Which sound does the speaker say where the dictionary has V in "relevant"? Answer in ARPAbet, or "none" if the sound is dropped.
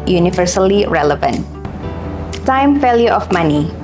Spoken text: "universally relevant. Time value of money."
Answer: V